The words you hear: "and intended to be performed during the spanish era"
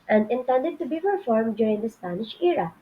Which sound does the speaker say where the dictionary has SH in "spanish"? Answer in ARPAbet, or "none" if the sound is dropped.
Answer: SH